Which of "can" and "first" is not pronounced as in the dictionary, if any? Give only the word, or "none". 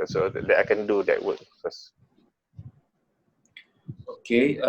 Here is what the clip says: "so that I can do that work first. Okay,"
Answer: first